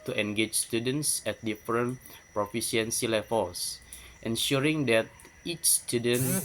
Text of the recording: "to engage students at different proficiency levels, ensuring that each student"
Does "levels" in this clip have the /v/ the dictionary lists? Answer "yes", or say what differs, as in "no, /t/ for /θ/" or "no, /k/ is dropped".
no, /f/ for /v/